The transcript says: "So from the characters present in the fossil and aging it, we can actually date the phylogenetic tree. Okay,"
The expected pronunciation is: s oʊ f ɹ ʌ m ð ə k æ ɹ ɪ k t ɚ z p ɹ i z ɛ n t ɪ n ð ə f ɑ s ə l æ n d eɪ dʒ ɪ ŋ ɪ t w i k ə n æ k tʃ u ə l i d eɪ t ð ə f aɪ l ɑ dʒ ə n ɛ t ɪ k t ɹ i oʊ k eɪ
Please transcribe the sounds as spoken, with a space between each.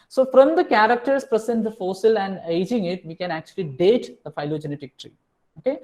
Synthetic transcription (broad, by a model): s oʊ f ɹ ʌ m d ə k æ ɹ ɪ k t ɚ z p ɹ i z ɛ n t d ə f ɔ s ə l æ n d eɪ dʒ ɪ ŋ ɪ t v i k ə n æ k tʃ u ə l i d eɪ t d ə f aɪ l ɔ dʒ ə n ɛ t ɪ k t ɹ i oʊ k eɪ